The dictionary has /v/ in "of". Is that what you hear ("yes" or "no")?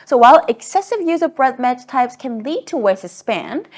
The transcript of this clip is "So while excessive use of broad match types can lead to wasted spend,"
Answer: yes